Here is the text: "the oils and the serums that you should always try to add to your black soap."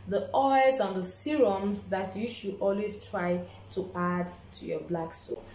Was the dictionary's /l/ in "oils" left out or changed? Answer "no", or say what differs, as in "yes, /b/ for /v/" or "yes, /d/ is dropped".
yes, /l/ is dropped